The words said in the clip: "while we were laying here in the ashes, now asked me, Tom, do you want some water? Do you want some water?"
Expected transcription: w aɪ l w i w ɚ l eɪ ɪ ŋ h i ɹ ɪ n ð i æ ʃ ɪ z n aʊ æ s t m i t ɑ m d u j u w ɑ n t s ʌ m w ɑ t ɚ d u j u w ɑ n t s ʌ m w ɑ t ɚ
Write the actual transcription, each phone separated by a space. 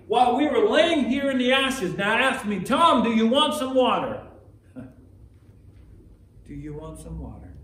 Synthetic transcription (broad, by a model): w aɪ l w i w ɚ l eɪ ɪ ŋ h i ɹ ɪ n ð i æ ʃ ɪ z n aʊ æ s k m i t ɑ m d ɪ j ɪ w ɑ n t s ʌ m w ɑ t ɚ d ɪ j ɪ w ɑ n t s ʌ m w ɑ t ɚ